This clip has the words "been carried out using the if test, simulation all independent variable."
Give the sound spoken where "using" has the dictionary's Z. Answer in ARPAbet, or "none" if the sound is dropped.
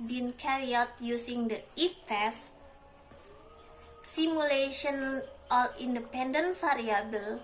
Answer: S